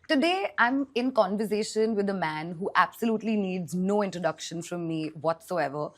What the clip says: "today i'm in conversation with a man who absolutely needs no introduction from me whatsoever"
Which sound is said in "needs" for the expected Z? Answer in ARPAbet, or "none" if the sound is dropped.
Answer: Z